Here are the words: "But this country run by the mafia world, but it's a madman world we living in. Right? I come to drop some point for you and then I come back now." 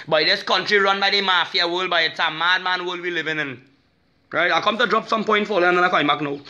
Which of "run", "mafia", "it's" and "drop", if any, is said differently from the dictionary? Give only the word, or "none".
none